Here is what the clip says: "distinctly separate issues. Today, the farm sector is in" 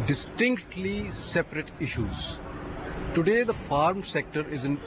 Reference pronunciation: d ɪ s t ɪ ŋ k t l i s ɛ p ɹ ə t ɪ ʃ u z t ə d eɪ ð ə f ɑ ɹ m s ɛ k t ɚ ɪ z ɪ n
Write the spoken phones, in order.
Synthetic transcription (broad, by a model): d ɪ s t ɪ ŋ k t l i s ɛ p ɹ ə t ɪ ʃ u z t ə d eɪ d ə f ɑ ɹ m s ɛ k t ɚ ɪ z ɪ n